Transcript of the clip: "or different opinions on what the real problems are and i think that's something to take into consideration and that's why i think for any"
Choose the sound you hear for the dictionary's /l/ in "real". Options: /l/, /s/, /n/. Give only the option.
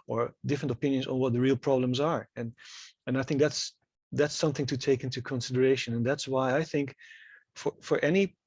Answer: /l/